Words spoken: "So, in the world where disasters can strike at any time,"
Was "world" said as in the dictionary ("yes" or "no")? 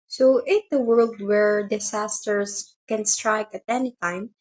yes